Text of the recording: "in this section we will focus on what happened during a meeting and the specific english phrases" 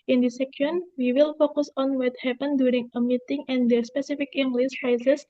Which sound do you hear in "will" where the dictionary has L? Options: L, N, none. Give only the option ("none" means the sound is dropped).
L